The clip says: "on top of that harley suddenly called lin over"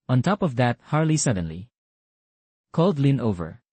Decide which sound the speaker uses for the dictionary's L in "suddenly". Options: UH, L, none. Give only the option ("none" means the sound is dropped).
L